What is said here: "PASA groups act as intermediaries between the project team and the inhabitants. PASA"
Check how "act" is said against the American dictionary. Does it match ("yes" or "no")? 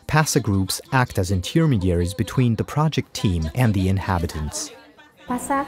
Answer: yes